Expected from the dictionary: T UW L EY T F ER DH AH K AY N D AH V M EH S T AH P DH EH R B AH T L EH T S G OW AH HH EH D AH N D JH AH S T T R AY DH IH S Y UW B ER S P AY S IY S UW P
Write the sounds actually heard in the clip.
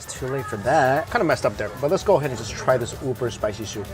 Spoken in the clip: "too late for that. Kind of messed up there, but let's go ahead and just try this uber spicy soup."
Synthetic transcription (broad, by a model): T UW L EY T F ER DH AH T AY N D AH M EH S T AH P DH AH R B AH T L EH T S G OW AH HH EH D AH N JH AH S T T R AY DH IH S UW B ER S P AY S IY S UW